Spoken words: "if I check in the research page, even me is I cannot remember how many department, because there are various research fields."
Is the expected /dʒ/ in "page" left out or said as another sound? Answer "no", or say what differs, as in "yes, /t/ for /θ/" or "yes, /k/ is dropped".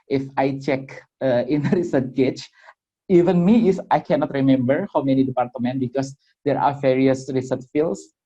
yes, /tʃ/ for /dʒ/